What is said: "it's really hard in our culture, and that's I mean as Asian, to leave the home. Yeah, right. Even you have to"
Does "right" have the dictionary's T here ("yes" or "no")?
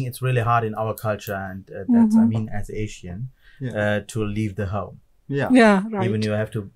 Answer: no